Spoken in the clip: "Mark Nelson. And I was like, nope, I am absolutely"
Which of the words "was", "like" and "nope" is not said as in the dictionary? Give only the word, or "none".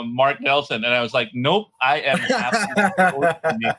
none